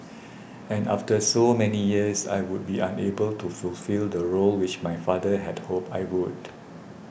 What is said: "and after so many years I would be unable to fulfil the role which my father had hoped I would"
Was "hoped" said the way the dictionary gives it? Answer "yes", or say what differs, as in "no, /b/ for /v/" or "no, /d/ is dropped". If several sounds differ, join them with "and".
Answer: no, /t/ is dropped